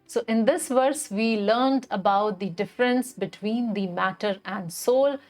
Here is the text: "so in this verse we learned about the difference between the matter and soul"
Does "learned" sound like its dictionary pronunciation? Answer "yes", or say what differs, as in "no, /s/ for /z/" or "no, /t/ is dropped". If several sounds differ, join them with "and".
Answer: yes